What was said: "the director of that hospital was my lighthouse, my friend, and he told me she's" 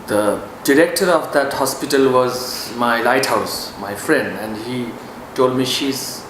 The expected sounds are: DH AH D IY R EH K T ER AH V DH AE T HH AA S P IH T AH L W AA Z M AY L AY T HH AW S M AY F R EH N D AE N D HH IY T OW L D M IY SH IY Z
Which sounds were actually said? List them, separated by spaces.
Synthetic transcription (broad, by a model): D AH D IY R EH K T ER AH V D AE T HH AA S P IH T AH L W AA Z M AY L AY T HH AW S M AY F R EH N D AE N D HH IY T OW L D M IY SH IY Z